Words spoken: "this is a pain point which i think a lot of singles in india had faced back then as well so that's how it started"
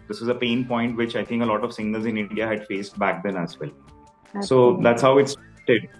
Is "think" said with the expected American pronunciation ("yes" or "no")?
no